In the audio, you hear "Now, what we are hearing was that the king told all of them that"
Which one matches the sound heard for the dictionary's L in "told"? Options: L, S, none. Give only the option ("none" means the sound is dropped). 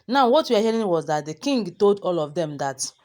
L